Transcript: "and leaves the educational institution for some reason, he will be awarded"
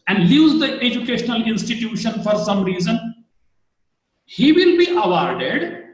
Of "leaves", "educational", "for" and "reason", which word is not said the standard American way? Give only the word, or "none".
leaves